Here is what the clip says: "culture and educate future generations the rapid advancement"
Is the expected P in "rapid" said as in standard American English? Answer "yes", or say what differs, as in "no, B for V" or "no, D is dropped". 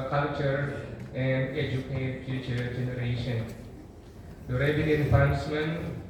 no, B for P